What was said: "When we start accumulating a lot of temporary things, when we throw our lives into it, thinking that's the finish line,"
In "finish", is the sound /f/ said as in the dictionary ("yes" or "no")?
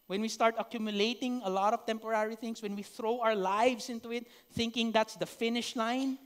yes